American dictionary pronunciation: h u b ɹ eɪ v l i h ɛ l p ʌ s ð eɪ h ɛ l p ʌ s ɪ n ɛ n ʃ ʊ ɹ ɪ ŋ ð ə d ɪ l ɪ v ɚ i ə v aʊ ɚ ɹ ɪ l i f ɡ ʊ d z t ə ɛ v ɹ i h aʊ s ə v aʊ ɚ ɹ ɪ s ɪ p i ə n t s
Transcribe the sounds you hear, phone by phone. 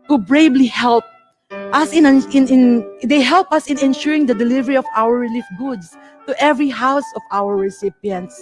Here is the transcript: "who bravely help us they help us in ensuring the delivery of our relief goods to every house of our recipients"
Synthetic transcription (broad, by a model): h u b ɹ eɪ b l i h ɛ l p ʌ s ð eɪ h ɛ l p ʌ s ɪ n ɛ n ʃ ʊ ɹ ɪ ŋ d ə d ɪ l ɪ v ɚ i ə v aʊ ɚ ɹ ɪ l i f ɡ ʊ d s t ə ɛ v ɹ i h aʊ s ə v aʊ ɚ ɹ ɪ s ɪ p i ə n t s